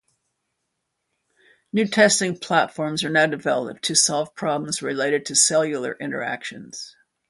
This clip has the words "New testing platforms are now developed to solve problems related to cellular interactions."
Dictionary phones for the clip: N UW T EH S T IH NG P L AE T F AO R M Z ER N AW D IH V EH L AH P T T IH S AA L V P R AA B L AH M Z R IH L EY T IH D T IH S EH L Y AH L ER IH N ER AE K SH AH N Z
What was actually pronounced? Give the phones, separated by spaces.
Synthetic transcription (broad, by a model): N UW T EH S T IH NG P L AE T F AO R M Z ER N AW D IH V EH L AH P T T IH S AA L V P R AA B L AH M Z R IH L EY T IH D T IH S EH L Y L ER IH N ER AE K SH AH N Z